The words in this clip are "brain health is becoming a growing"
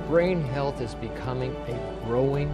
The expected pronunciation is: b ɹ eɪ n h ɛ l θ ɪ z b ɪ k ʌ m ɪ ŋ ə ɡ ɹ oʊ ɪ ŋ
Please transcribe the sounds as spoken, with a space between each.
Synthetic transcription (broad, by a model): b ɹ eɪ n h ɛ l θ ɪ z b ɪ k ʌ m ɪ ŋ ə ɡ ɹ oʊ ɪ ŋ